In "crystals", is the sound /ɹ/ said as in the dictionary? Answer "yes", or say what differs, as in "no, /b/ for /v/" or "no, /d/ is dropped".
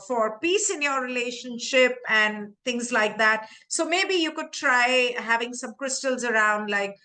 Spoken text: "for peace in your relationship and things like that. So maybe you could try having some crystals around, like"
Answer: yes